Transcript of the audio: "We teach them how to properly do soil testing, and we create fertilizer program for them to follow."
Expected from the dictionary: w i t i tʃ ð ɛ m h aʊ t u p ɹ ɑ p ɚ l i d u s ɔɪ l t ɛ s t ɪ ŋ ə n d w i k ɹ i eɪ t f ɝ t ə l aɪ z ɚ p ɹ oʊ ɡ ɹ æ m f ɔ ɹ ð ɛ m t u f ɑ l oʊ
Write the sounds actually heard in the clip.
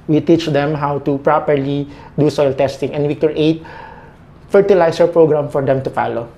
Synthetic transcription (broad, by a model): w i t i tʃ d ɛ m h aʊ t u p ɹ ɑ p ɚ l i d u s ɔɪ l t ɛ s t ɪ ŋ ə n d w i k ɹ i eɪ t f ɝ t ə l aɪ s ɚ p ɹ oʊ ɡ ɹ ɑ m f ɔ ɹ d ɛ m t u f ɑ l oʊ